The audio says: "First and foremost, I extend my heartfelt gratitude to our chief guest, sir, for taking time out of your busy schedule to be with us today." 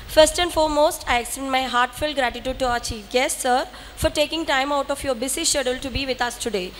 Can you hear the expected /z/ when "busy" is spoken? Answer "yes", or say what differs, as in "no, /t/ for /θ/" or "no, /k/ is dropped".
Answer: no, /s/ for /z/